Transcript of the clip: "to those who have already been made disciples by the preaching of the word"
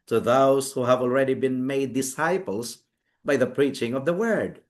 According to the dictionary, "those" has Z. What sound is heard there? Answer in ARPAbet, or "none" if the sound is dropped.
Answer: S